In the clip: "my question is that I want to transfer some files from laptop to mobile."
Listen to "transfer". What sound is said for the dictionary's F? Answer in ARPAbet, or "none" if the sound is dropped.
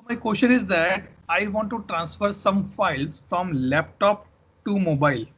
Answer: F